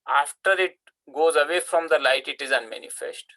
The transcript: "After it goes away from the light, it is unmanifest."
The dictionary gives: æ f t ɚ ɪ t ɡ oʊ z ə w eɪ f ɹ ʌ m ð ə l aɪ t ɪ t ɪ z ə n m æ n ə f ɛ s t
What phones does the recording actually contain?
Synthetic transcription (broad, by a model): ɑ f t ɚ ɪ t ɡ oʊ z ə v eɪ f ɹ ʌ m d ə l aɪ t ɪ t ɪ z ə n m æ n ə f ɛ s t